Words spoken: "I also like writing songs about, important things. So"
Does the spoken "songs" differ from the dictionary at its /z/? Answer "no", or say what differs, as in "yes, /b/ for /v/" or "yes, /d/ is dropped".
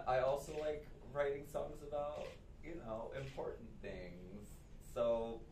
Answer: no